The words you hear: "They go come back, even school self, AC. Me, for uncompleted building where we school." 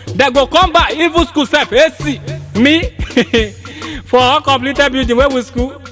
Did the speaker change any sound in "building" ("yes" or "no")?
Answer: yes